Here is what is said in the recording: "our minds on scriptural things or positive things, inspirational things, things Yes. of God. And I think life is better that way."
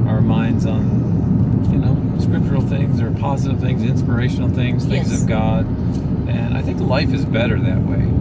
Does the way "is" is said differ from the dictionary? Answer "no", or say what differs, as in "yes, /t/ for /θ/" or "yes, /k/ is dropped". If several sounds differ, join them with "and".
no